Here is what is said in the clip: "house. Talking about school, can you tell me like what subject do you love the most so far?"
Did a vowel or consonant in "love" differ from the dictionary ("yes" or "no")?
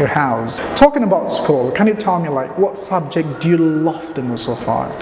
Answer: yes